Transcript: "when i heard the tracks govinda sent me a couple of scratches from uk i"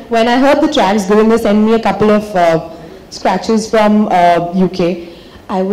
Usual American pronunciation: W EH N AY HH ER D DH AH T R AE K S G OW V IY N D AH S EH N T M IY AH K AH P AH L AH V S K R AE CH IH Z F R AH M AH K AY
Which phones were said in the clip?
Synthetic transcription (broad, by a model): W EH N AY HH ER D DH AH T R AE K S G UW IH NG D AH S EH N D M IY AH K AH P AH L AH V S K R AE CH IH Z F R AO M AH K AY